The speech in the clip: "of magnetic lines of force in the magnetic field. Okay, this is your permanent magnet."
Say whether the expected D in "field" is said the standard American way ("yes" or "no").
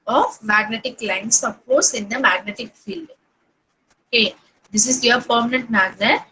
yes